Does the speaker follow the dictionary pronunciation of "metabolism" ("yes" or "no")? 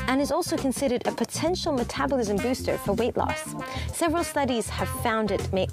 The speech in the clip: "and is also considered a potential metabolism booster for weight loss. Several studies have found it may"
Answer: yes